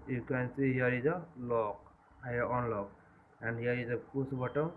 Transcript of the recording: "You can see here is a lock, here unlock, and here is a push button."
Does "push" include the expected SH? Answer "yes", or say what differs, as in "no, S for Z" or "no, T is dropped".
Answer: no, S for SH